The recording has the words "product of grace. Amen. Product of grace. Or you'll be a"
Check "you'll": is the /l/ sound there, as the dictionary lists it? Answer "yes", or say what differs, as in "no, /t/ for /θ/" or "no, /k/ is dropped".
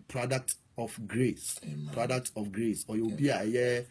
no, /w/ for /l/